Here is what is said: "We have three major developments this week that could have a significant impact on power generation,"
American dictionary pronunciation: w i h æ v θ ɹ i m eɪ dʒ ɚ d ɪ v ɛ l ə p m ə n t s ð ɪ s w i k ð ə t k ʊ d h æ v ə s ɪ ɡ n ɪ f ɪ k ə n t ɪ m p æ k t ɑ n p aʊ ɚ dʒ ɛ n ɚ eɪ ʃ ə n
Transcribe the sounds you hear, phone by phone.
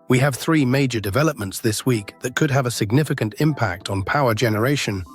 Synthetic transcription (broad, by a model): w i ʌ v θ ɹ i m eɪ dʒ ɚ d ɪ v ɛ l ə p m ə n t s ð ɪ s w i k ð ə t k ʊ d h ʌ v ə s ɪ ɡ n ɪ f ɪ k ə n t ɪ m p æ k t n p aʊ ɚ dʒ ɛ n ɚ eɪ ʃ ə n